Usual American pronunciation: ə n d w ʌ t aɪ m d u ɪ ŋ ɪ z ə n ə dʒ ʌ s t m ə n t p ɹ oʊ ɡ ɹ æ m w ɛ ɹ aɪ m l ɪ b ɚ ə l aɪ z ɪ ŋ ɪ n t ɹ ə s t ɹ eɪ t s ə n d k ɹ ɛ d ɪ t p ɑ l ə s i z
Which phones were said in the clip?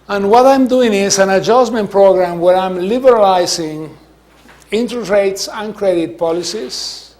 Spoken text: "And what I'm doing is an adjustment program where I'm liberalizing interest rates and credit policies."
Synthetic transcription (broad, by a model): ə n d w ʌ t aɪ m d u ɪ ŋ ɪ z ə n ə dʒ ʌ s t m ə n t p ɹ oʊ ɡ ɹ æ m w ɛ ɹ aɪ m l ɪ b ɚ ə l aɪ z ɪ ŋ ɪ n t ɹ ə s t ɹ eɪ t s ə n k ɹ ɛ d ɪ t p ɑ l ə s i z